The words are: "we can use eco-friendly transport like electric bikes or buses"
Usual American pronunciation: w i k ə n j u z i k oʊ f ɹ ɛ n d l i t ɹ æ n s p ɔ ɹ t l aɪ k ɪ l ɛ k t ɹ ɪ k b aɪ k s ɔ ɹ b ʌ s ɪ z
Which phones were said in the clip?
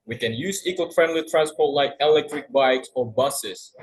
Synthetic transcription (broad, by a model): w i k ə n j u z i k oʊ f ɹ ɛ n d l i t ɹ æ n s p ɔ ɹ t l aɪ k ɪ l ɛ k t ɹ ɪ k b aɪ k s ɔ ɹ b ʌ s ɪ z